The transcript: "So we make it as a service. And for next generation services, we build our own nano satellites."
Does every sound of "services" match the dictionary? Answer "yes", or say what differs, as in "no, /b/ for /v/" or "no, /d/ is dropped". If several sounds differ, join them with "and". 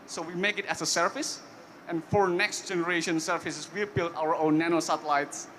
no, /f/ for /v/ and /s/ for /z/